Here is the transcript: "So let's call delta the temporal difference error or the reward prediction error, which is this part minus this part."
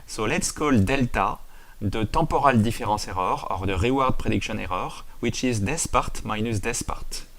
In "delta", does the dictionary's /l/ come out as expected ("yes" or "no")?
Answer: yes